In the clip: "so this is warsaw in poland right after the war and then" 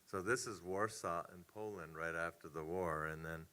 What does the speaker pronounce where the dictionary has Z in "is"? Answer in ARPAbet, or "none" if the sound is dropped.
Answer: Z